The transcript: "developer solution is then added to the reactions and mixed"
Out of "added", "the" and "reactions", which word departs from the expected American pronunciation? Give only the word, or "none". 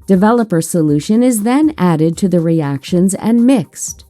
none